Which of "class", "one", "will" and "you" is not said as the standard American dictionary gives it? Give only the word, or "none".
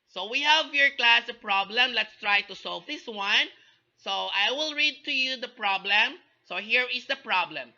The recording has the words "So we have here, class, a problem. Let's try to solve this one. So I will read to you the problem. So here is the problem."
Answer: none